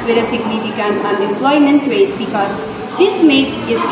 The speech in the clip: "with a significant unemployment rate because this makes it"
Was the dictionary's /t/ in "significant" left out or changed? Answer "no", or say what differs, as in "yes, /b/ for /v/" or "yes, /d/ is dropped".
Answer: yes, /t/ is dropped